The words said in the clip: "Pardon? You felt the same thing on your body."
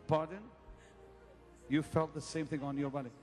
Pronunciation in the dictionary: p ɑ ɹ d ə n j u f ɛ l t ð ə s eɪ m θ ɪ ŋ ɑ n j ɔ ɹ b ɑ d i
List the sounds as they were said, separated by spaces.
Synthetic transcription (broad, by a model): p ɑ ɹ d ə n j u f ɛ l t ð ə s eɪ m θ ɪ ŋ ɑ n j ɔ ɹ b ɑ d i